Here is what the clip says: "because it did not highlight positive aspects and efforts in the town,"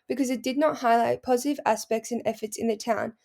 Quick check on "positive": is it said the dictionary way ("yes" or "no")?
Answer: yes